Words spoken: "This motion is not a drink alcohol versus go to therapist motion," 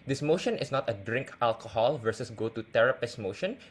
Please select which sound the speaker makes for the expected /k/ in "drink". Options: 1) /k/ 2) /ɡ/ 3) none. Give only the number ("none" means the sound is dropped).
1